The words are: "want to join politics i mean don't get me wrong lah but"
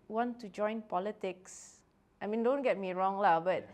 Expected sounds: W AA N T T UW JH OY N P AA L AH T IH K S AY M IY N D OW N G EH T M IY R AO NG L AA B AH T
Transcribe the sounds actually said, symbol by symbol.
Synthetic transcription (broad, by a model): W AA N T T UW JH OY N P AA L AH T IH K S AY M IY N D OW N G EH T M IY R AO NG L AA B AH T